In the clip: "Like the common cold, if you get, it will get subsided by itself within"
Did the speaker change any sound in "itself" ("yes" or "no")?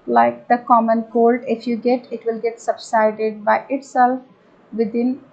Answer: no